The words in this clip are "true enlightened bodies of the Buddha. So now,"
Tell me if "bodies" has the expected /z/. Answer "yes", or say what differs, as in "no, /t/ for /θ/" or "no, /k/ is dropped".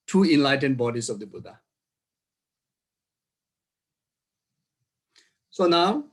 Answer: no, /s/ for /z/